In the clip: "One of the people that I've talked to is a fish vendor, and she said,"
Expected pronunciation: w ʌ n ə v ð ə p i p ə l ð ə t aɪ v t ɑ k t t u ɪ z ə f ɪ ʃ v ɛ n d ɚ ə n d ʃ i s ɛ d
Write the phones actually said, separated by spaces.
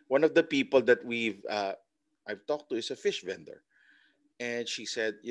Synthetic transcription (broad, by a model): w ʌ n ə v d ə p i p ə l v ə t aɪ v t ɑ k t t u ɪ s ə f ɪ ʃ v ɛ n d ɚ ə n d ʃ i s ɛ d